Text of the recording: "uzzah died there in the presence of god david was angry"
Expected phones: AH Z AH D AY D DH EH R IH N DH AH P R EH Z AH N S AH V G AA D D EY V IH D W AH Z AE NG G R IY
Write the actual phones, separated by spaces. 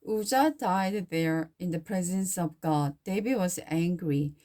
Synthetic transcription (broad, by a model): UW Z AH D AY D DH EH R IH N DH AH P R EH Z AH N S AH V G AA D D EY B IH W AH Z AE NG G R IY